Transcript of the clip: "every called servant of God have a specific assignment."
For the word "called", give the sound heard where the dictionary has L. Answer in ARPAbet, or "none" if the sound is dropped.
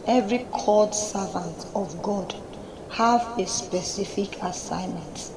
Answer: none